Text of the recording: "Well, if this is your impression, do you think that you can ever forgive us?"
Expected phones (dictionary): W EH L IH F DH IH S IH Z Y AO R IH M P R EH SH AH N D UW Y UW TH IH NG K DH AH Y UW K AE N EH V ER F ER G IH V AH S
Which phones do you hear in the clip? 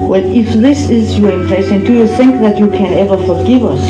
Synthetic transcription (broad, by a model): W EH L IH F DH IH S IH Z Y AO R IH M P L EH S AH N D UW Y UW TH IH NG K DH AH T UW K AE N EH V ER F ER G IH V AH S